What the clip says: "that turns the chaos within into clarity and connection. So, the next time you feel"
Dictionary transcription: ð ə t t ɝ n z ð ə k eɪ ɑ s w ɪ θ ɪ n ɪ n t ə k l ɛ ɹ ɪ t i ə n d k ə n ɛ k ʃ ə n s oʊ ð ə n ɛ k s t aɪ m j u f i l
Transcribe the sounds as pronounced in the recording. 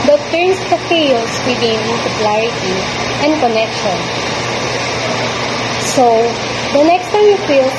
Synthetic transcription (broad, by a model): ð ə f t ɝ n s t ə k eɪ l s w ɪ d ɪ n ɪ l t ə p l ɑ ɹ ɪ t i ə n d k ə n ɛ k ʃ ə n s oʊ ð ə n ɛ k s t aɪ m j u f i l